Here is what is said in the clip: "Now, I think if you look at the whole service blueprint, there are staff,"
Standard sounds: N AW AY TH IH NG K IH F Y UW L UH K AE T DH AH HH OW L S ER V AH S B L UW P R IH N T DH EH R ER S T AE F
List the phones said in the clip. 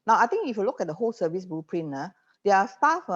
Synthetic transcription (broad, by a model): N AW AY T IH NG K IH F Y UW L UH K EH T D AH HH OW L S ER V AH S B UW P R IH N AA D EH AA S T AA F